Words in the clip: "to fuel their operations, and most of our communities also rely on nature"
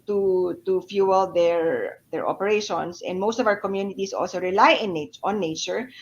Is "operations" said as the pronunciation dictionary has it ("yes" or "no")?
no